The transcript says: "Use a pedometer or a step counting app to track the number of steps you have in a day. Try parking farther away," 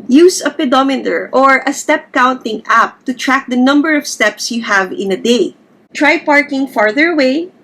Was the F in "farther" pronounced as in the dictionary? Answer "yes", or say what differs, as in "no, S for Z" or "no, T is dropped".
yes